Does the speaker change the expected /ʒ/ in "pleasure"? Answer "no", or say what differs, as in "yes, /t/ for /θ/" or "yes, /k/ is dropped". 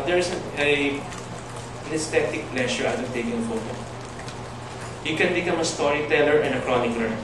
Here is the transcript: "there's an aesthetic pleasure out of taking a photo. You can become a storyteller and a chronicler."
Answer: yes, /ʃ/ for /ʒ/